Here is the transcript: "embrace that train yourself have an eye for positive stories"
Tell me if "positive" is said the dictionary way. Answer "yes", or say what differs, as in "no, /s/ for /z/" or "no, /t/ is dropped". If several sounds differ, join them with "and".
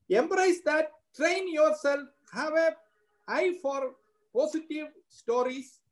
no, /s/ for /z/